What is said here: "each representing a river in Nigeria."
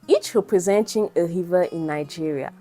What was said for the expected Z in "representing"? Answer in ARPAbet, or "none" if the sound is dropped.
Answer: Z